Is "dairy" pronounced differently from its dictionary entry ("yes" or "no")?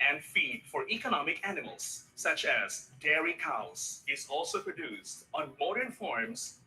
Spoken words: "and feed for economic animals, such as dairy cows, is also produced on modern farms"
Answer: no